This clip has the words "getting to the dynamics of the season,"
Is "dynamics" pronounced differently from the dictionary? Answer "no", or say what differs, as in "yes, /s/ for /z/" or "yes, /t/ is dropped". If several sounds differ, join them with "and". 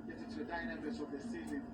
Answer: yes, /k/ is dropped